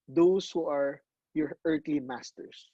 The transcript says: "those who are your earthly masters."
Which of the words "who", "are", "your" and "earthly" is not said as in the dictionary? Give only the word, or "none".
earthly